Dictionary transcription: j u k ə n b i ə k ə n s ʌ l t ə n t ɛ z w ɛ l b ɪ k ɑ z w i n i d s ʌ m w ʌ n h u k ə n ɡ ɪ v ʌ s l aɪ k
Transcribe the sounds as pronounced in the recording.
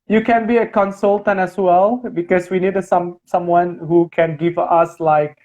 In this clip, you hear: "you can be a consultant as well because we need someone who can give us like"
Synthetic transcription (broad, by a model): j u k ə n b i ə k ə n s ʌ l t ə n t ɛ s w ɛ l b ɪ k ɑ s w i n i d s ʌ m w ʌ n h u k ə n ɡ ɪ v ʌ s l aɪ k